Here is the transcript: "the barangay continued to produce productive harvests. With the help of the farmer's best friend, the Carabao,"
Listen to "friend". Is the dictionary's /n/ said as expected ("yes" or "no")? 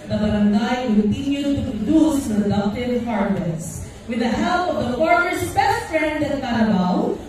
yes